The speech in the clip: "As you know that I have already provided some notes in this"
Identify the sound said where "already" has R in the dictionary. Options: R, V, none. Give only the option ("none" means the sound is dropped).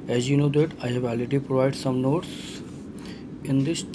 none